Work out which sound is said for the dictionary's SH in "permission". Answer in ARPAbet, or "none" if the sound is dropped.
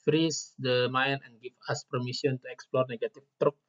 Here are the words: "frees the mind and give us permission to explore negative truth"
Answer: S